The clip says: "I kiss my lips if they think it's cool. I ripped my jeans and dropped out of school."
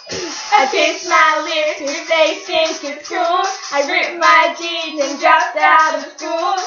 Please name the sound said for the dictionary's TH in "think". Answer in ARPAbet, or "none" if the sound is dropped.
S